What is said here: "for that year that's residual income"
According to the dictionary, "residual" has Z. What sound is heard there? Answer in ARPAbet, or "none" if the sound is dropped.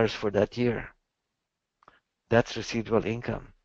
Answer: S